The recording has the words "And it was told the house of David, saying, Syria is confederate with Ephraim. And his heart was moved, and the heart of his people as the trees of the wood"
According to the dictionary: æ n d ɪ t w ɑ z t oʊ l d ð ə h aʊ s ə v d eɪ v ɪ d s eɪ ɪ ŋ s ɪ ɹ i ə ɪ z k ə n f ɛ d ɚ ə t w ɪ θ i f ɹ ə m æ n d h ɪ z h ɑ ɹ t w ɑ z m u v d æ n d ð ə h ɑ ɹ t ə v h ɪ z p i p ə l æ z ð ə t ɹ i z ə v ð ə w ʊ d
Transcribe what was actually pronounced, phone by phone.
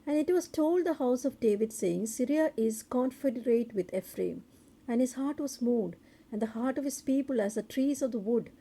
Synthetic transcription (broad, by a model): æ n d ɪ t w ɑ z t oʊ l d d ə h aʊ s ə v d eɪ v ɪ d s eɪ ɪ ŋ s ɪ ɹ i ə ɪ z k ə n f ɛ d ɚ ə t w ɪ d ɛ f ɹ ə m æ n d h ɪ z h ɑ ɹ t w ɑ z m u d æ n d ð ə h ɑ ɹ t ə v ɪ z p i p ə l æ z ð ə t ɹ i z ə v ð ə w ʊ d